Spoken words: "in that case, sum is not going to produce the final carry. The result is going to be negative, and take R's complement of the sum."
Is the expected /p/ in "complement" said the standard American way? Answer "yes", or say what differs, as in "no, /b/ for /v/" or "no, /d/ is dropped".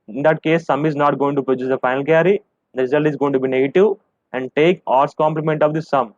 yes